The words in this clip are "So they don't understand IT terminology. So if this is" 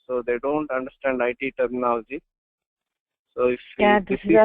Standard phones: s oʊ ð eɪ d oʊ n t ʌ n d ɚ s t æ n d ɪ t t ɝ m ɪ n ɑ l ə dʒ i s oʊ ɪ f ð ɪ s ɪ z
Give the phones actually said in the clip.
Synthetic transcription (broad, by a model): s oʊ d eɪ d oʊ n t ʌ n d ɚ s t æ n d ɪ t t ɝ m n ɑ ə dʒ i s oʊ ɪ f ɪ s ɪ